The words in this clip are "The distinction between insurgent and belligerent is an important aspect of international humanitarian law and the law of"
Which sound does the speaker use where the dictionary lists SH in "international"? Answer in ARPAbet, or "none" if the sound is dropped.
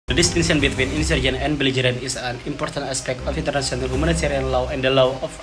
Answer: S